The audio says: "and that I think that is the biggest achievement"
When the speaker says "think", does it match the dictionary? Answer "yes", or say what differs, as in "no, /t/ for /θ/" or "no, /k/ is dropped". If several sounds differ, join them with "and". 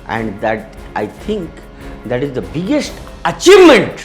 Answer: no, /t/ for /θ/